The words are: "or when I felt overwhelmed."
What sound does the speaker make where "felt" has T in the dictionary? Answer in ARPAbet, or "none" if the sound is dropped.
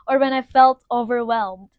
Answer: T